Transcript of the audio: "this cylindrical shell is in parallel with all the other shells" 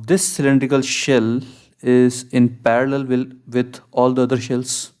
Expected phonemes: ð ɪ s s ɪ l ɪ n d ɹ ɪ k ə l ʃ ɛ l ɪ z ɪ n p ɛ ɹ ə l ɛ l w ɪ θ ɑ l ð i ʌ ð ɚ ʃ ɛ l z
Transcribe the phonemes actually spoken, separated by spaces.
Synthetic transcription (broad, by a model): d ɪ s s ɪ l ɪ n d ɹ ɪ k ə l ʃ ɛ l ɪ z ɪ n p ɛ ɹ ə l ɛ l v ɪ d ɑ l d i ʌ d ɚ ʃ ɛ l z